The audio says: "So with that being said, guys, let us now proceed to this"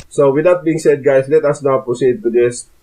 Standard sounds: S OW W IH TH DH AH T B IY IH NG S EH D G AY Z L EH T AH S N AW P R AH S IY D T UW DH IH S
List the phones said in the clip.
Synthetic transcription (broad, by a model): S OW W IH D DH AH T B IY IH NG S EH D G AY S L EH T AH S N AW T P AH S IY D T UW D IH S